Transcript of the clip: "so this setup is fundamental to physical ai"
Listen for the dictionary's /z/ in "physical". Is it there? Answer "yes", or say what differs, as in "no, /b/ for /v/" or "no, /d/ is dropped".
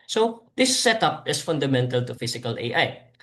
no, /s/ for /z/